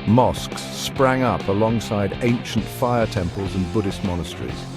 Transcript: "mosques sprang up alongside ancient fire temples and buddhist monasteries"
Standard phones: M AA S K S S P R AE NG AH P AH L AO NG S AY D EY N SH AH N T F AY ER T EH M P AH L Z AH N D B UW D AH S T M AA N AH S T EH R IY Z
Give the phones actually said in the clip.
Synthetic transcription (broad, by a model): M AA S K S S P R AE NG AH P AH L AO NG S AY D EY N SH AH N T F AY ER T EH M P AH L Z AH N B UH D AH S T M AA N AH S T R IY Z